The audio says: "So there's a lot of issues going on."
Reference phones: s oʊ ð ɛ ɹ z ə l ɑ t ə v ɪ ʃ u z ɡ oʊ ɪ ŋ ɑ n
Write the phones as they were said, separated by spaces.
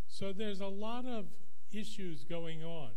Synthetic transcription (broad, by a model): s oʊ ð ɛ ɹ z ə l ɑ t ə v ɪ ʃ u z ɡ oʊ ɪ ŋ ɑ n